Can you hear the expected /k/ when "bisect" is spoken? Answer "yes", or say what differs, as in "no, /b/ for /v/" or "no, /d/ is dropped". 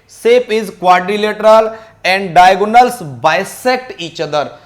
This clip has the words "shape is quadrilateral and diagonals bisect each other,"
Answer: yes